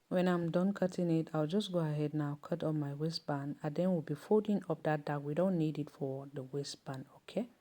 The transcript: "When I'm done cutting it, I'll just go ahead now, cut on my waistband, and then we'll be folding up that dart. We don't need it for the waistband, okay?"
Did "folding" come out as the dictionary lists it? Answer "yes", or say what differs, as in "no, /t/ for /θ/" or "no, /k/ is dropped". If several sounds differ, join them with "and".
no, /l/ is dropped